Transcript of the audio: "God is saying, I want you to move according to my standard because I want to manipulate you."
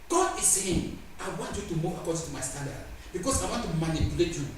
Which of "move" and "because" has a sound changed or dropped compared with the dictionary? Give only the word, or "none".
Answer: because